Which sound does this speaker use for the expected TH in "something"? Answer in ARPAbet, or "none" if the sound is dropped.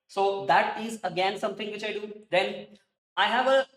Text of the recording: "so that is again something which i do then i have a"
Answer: T